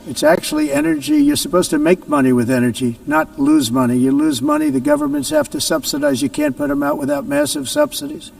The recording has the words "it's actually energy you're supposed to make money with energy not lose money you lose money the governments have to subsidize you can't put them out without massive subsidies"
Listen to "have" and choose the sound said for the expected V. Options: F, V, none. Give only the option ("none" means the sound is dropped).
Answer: F